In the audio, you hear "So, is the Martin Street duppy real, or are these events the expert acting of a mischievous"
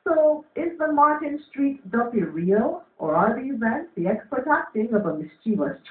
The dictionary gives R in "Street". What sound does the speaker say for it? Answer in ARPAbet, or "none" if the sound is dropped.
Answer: R